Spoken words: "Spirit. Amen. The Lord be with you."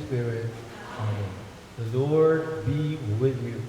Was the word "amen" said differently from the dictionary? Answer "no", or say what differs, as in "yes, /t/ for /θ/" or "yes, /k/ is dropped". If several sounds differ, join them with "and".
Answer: yes, /m/ is dropped